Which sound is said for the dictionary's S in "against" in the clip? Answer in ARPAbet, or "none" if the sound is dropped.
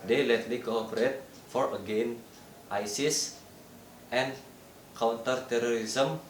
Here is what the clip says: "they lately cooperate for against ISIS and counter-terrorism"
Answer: none